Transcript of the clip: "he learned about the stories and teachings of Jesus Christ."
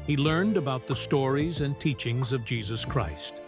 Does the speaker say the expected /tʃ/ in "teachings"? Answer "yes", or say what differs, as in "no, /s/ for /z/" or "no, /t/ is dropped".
yes